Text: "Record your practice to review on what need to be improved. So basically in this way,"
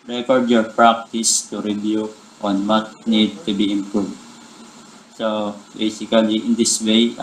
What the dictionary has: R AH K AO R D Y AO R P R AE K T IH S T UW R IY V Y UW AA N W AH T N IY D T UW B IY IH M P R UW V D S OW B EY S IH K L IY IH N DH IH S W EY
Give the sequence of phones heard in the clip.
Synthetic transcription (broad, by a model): R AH K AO R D Y AO R P R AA K T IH S T UW R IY B Y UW AA N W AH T N IY D T UW B IY IH M P R UW V D S OW B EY S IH K L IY IH N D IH S W EY